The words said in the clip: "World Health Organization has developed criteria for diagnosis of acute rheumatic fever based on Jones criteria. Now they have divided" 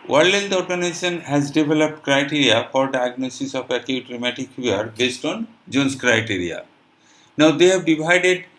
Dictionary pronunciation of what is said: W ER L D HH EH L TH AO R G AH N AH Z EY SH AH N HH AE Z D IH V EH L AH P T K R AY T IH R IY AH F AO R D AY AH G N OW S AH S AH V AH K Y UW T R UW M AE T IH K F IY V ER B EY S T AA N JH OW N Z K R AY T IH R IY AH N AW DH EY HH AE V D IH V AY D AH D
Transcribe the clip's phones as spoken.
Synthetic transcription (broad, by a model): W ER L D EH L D AO R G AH N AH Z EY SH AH N HH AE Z D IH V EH L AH P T K R AY T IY R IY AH F AO R D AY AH G N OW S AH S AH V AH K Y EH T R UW M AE T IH K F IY ER B EY S T AA N JH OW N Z K R AY T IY R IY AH N AW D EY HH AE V D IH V AY D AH D